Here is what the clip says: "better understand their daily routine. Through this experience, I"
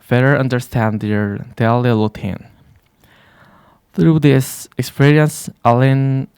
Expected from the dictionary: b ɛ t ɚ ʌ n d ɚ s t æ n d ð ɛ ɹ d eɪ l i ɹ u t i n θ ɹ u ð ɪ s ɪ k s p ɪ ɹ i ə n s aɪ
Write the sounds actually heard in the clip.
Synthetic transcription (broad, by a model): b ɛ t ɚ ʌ n d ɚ s t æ n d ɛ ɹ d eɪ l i l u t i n θ ɹ u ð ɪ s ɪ k s p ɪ ɹ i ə n s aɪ